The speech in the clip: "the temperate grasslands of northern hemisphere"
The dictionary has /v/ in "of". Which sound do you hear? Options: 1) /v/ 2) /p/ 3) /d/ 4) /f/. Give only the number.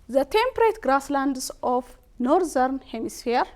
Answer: 4